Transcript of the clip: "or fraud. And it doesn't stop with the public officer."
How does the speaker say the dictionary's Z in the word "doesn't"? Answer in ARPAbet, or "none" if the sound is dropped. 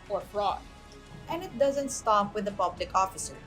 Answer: Z